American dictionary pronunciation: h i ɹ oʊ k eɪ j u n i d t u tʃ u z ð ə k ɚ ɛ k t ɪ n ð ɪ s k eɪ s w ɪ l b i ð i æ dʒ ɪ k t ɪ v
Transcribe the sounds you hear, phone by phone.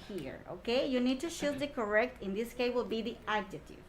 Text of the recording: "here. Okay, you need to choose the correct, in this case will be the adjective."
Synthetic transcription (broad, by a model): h i ɹ oʊ k eɪ j u n i d t u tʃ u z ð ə k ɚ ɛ k t ɪ n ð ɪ s k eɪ w ɪ l b i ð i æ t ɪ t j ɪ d